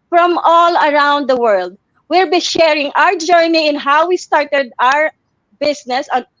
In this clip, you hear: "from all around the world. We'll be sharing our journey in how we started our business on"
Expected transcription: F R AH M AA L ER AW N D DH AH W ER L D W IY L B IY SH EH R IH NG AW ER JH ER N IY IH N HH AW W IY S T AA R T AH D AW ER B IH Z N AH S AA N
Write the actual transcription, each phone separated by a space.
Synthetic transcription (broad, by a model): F R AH M AA L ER AW N D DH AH W ER L D W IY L B IY SH EH R IH NG AW ER JH ER N IY IH N HH AW W IY S T AA R T AH D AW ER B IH S N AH S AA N